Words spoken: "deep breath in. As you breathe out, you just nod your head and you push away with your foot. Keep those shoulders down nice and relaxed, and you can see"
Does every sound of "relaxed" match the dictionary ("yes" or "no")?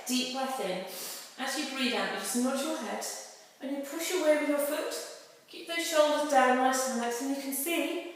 no